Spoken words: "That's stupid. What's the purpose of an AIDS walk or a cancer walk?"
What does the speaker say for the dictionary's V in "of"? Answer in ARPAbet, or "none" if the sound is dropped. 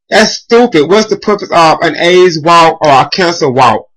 V